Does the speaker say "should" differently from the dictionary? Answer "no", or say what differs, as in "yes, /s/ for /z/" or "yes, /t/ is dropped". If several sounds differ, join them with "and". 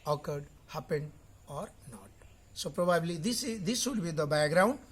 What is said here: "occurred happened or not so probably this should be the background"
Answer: yes, /s/ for /ʃ/